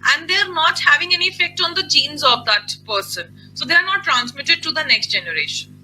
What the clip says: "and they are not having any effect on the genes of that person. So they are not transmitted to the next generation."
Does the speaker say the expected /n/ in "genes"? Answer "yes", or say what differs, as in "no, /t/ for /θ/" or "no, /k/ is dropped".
yes